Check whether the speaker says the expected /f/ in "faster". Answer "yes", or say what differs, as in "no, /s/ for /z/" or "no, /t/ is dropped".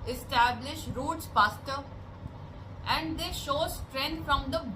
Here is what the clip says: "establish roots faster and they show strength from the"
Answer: no, /p/ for /f/